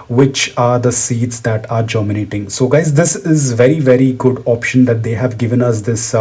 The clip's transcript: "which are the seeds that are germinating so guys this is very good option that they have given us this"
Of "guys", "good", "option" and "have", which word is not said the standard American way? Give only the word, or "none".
none